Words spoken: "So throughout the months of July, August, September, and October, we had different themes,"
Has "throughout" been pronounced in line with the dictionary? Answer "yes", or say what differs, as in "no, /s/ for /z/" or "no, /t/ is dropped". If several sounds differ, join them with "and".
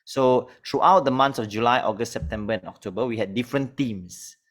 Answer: no, /t/ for /θ/